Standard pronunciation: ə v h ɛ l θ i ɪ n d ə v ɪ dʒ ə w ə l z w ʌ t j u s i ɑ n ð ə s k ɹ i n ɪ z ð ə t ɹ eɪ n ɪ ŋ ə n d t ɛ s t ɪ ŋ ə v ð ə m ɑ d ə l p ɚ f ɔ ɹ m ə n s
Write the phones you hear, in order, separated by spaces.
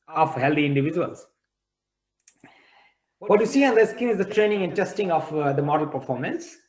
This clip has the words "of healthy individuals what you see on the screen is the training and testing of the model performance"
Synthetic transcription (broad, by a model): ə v h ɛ l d i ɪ n d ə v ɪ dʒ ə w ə l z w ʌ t j u s i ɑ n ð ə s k i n ɪ z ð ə t ɹ eɪ n ɪ ŋ ə n d t ɛ s t ɪ ŋ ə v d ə m ɑ d ə l p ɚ f ɔ ɹ m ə n s